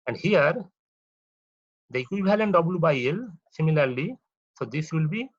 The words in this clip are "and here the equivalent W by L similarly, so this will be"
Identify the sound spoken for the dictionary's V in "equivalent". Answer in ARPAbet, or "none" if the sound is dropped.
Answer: B